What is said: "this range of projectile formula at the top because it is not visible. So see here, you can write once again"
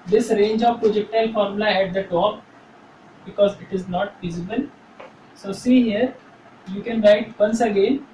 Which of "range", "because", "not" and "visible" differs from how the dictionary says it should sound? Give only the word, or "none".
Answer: visible